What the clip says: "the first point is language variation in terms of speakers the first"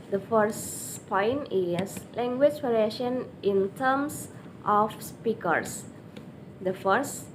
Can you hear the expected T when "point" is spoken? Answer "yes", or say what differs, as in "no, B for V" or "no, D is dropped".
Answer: no, T is dropped